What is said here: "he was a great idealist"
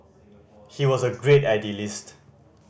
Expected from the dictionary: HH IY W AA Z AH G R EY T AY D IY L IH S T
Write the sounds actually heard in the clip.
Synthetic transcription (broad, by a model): HH IY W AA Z AH G R EY T AY D IY L IH S T